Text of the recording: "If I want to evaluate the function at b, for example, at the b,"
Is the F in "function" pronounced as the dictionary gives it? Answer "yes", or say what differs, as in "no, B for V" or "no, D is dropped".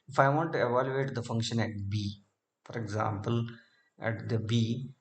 yes